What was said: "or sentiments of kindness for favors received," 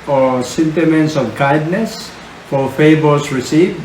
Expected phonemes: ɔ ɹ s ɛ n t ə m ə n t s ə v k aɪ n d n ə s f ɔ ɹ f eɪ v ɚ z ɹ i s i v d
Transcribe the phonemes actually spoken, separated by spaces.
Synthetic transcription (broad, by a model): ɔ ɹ s ɛ n t ə m ə n t s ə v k aɪ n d n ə s f ɔ ɹ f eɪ b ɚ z ɹ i s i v